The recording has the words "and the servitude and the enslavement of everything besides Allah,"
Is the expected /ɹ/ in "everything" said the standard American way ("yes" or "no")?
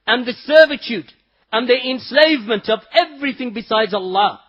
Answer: yes